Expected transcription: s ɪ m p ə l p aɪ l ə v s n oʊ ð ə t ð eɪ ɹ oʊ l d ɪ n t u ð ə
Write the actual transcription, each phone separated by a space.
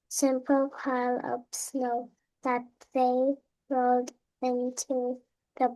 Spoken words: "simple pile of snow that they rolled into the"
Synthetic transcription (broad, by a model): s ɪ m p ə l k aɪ l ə p s n oʊ ð ə t ð eɪ ɹ oʊ l d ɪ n t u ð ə